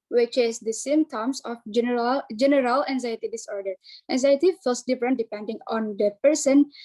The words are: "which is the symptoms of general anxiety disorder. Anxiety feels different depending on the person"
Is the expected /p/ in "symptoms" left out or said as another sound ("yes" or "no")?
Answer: yes